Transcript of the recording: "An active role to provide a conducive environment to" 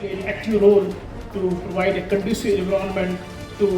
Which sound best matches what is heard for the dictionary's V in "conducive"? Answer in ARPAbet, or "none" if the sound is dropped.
none